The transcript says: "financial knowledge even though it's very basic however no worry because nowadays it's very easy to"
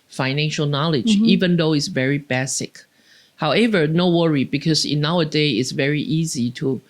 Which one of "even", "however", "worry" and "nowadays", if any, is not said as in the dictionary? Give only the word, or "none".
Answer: nowadays